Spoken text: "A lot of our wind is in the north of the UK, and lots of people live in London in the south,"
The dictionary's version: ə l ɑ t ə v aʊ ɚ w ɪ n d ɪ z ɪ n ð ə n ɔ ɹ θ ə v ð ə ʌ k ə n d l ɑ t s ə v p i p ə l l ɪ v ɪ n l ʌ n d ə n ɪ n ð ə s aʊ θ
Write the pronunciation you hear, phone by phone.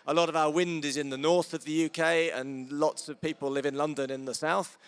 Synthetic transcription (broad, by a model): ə l ɑ t ə v aʊ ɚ w ɪ n d ɪ z ɪ n ð ə n ɔ ɹ θ ə v ð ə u k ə n l ɑ t s ə v p i p ə l l ɪ v ɪ n l ʌ n d ə n ɪ n ð ə s aʊ θ